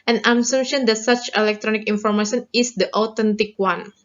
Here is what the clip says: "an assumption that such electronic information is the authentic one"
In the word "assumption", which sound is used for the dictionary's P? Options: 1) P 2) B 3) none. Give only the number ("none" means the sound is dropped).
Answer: 3